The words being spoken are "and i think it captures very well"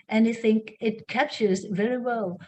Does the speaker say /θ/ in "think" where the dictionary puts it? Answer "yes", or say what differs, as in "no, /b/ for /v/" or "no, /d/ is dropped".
yes